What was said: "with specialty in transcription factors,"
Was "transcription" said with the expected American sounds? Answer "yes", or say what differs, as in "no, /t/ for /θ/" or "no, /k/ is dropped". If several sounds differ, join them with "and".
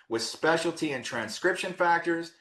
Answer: yes